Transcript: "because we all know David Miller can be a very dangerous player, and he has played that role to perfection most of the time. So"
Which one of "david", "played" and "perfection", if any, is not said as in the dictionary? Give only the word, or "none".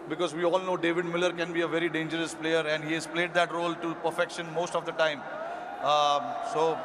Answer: none